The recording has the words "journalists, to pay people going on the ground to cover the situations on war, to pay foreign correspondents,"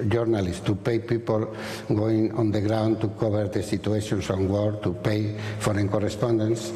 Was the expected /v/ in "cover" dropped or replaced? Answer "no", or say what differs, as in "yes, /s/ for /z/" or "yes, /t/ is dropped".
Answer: yes, /b/ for /v/